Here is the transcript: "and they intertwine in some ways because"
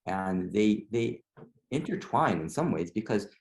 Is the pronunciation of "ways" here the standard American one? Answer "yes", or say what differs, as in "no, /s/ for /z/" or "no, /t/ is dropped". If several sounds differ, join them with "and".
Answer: yes